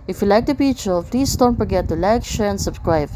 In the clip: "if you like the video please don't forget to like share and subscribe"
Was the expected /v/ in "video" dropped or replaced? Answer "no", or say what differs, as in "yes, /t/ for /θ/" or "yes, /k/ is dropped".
yes, /p/ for /v/